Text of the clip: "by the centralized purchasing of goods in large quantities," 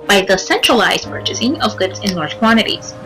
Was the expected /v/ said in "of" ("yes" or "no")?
yes